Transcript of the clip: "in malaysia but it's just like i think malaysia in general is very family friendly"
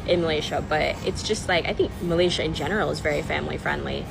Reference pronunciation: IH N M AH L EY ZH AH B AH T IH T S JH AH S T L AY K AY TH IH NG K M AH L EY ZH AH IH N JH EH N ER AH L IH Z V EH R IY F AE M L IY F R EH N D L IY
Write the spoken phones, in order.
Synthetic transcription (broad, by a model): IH N M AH L EY SH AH B AH T IH T S JH AH S T L AY K AY TH IH NG K M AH L EY SH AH IH N JH EH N ER L IH Z V EH R IY F AE M L IY F R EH N D L IY